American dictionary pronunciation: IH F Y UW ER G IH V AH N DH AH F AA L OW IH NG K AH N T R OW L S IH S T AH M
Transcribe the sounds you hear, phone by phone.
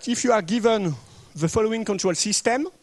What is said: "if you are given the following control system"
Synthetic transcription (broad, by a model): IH F Y UW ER G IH V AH N DH AH F AA L OW IH NG K AH N T R OW L S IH S T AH M